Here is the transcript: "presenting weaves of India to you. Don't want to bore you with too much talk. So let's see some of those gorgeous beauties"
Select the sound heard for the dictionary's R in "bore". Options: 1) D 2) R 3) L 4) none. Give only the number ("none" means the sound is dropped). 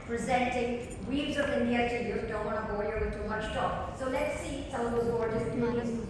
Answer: 3